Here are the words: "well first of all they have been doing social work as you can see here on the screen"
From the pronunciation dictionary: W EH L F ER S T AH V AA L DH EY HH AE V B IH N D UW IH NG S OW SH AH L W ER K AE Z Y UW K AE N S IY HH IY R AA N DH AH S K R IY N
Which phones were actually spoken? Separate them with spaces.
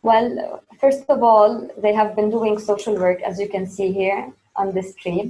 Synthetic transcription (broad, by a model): W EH L F ER S T AH V AA L DH EY HH AE V B IH N D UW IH NG S OW SH AH L W ER K AE Z Y UW K AE N S IY HH IY R AA N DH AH S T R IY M